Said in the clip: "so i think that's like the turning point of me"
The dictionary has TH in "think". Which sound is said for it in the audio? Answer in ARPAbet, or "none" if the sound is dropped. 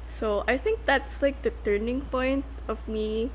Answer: TH